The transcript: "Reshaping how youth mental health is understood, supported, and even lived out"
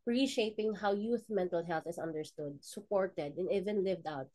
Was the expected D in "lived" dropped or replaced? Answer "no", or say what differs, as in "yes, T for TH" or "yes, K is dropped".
no